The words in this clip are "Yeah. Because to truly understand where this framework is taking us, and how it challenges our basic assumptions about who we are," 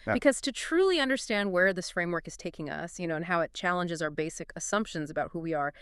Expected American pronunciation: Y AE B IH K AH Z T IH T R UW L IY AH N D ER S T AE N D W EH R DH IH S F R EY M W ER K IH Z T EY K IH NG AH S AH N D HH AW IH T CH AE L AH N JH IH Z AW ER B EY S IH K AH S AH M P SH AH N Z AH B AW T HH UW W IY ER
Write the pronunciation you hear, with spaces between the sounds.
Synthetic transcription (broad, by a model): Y B IH K AH Z T IH T R UW L IY AH N D ER S T AE N D W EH R DH IH S F R EY M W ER K IH Z T EY K IH NG AH S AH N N HH AW IH T CH AE L AH N JH IH Z AW ER B EY S IH K AH S AH M P SH AH N Z AH B AW T HH UW W IY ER